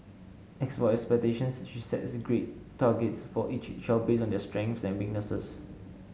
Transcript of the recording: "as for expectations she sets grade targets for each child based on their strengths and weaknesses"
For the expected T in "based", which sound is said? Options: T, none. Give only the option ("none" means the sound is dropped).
none